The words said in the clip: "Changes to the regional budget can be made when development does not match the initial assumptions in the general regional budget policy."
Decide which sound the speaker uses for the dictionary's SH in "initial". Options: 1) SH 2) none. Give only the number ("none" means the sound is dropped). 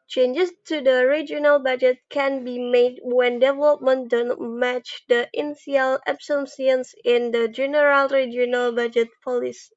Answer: 2